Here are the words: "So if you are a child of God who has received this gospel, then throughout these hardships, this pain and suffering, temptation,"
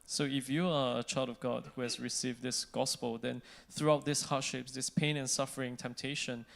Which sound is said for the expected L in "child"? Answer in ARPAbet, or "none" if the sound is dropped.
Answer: L